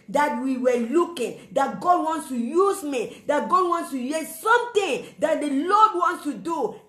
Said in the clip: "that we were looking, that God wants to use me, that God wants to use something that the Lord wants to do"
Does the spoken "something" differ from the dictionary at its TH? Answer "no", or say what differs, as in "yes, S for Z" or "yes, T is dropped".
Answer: yes, T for TH